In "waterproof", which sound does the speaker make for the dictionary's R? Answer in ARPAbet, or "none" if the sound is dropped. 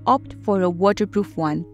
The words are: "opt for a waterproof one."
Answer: R